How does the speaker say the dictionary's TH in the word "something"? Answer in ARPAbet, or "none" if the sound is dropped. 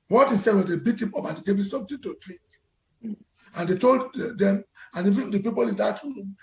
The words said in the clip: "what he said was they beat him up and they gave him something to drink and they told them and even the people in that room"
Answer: T